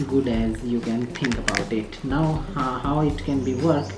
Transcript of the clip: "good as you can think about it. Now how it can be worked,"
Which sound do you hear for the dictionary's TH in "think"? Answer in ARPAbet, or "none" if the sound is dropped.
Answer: T